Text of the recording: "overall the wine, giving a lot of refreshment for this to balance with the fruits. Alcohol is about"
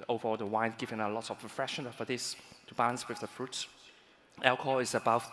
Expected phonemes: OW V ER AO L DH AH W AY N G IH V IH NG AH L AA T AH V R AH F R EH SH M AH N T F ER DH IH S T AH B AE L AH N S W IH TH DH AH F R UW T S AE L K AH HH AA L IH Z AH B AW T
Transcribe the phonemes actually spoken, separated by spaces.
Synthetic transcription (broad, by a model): OW V ER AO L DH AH W AY N G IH V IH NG AH L AA T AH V R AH F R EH SH AH N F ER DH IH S T AH B AE L AH N S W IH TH DH AH F R UW T S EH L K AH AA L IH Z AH B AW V